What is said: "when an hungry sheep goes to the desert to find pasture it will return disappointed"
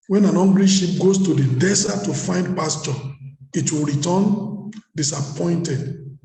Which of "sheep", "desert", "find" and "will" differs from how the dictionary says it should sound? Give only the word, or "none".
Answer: desert